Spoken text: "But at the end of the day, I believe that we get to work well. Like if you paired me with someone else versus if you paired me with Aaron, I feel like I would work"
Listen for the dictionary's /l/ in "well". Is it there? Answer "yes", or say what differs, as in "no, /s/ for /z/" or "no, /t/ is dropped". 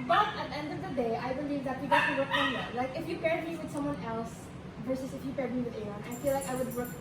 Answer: no, /n/ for /l/